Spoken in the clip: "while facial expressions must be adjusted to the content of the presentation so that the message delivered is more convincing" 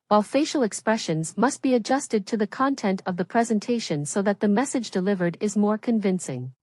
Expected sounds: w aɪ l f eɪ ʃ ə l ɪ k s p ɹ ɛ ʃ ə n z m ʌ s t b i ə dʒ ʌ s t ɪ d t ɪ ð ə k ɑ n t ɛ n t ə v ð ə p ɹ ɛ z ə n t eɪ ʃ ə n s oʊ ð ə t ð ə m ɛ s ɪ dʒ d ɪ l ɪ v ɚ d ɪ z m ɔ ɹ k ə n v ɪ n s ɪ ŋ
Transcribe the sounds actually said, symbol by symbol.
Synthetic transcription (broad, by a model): w aɪ l f eɪ ʃ l ɪ k s p ɹ ɛ ʃ ə n z m ʌ s t b i ə dʒ ʌ s t ɪ d t ɪ ð ə k ɑ n t ɛ n t ə v ð ə p ɹ ɛ z ə n t eɪ ʃ ə n s oʊ ð ə t ð ə m ɛ s ɪ dʒ d ɪ l ɪ v ɚ d ɪ z m ɔ ɹ k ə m v ɪ n s ɪ ŋ